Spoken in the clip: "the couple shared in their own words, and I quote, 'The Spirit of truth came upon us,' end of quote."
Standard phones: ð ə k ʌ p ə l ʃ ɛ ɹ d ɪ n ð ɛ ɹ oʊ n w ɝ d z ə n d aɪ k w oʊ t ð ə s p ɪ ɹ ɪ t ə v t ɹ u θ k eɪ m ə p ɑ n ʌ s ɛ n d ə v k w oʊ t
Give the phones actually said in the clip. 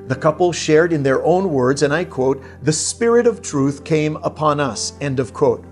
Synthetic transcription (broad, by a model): ð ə k ʌ p l ʃ ɛ ɹ d ɪ n ð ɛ ɹ oʊ n w ɝ d z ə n aɪ k w oʊ t ð ə s p ɪ ɹ ɪ t ə v t ɹ u θ k eɪ m ə p ɑ n ʌ s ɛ n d ə v k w oʊ t